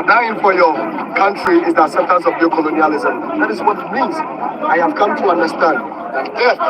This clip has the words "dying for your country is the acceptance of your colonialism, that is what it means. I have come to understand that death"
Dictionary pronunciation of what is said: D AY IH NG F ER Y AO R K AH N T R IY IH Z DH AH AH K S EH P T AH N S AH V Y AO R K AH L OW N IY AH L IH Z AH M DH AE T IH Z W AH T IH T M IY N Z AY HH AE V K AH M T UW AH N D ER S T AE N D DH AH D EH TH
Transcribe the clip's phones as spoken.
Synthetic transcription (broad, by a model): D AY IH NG F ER Y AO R K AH N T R IY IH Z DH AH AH S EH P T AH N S AH V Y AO K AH L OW N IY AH L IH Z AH M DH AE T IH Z W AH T IH T M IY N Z AY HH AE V K AH M T UW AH N D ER S T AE N D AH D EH